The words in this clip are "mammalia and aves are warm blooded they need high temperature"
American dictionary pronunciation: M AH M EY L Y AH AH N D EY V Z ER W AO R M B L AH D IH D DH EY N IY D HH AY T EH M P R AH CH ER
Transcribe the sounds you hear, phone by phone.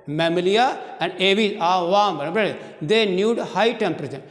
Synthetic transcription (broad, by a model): M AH M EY L Y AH AH N D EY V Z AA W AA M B AH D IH D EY N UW D HH AY T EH M P R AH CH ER